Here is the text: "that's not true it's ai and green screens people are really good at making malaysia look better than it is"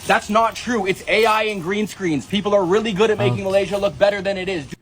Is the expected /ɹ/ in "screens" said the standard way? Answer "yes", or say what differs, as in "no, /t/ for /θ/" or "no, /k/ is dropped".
yes